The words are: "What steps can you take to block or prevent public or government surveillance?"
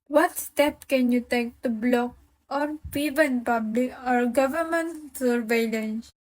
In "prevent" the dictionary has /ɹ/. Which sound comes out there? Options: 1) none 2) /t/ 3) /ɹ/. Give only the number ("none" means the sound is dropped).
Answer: 1